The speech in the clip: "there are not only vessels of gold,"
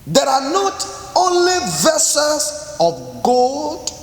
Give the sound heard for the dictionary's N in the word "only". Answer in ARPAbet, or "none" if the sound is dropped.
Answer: N